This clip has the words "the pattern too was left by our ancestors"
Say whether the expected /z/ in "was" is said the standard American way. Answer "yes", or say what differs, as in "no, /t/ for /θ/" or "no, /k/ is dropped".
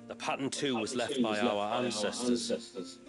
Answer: yes